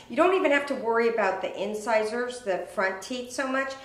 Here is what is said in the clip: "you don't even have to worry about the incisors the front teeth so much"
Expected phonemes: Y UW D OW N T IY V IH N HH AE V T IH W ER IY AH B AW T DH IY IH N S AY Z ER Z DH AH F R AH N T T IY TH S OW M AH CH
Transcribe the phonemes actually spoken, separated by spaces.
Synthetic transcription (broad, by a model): Y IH D OW N T IY V IH N HH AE F T IH W ER IY AH B AW T DH IY IH N S AY Z ER Z DH AH F R AH N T T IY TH S OW M AH CH